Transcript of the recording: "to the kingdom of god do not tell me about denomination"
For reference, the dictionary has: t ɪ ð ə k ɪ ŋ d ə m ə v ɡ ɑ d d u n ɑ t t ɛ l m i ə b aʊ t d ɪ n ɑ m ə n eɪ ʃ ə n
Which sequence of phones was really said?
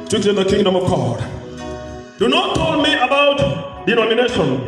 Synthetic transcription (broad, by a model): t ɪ ð ə k ɪ ŋ d ə m ə v ɡ ɑ d d u n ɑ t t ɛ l m i ə b aʊ t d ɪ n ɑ m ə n eɪ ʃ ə n